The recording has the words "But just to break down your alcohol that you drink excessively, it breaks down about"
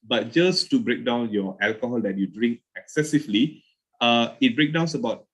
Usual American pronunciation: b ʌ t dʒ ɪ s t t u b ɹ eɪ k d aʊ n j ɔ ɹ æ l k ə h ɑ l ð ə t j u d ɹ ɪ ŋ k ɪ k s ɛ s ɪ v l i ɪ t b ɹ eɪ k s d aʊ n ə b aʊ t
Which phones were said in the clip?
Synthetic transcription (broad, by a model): b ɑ t dʒ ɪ s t t u b ɹ eɪ k d aʊ n j ɔ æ l k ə h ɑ l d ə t j u d ɹ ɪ ŋ k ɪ k s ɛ s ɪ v l i ɪ t b ɹ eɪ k d aʊ n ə b aʊ t